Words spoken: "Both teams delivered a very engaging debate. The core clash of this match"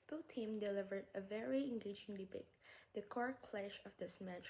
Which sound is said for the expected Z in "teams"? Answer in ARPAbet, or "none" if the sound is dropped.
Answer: none